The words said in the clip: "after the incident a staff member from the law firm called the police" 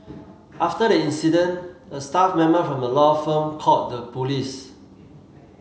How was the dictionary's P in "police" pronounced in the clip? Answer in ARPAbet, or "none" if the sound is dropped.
P